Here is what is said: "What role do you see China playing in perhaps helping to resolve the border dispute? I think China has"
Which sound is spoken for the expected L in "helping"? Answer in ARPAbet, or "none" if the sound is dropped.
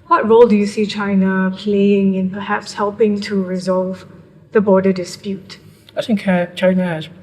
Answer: L